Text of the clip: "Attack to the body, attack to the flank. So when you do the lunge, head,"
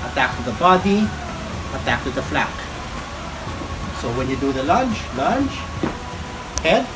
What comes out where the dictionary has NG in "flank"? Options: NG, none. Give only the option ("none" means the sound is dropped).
none